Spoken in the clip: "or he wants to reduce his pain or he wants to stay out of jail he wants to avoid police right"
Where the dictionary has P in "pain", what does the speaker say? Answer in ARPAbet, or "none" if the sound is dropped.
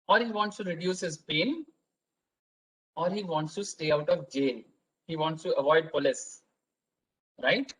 P